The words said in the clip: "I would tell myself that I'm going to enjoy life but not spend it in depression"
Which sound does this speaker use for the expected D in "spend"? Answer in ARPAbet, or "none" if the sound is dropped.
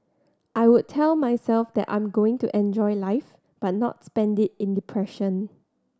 D